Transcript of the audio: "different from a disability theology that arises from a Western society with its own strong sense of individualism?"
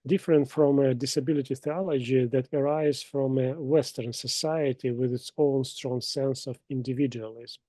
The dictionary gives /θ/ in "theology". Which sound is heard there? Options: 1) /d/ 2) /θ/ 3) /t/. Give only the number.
2